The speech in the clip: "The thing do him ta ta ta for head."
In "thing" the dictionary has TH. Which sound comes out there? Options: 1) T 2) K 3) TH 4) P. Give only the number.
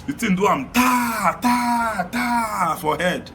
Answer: 1